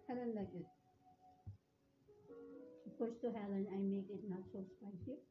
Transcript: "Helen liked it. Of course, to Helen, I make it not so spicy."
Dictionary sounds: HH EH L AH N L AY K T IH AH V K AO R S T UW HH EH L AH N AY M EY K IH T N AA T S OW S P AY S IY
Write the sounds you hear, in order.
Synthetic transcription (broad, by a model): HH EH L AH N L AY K IH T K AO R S T UW HH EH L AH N AY M EY K IH T N AA T S OW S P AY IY